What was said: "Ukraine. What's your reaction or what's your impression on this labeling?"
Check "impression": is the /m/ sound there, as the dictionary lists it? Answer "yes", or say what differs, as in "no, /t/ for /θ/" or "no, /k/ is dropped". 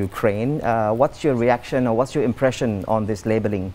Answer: yes